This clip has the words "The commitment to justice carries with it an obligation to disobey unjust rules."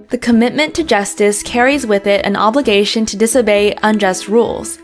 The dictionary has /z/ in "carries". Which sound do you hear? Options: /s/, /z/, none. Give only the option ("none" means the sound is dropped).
/z/